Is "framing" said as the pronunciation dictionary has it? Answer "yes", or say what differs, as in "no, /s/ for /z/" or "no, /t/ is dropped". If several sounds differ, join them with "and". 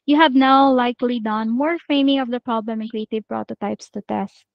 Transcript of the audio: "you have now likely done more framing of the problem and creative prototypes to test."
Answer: no, /ɹ/ is dropped